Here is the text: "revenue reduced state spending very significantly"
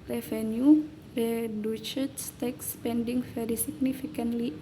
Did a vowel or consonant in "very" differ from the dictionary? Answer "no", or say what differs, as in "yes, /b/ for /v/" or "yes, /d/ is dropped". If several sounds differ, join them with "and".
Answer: yes, /f/ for /v/